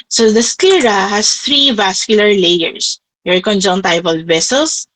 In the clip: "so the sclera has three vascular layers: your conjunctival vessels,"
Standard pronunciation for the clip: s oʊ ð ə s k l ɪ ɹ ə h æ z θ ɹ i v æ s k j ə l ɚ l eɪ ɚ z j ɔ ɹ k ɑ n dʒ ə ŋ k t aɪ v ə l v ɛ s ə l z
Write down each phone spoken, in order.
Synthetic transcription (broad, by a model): s oʊ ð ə s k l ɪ ɹ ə h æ s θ ɹ i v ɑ s k j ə l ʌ l eɪ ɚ s j ɔ ɹ k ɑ n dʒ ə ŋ t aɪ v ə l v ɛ s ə l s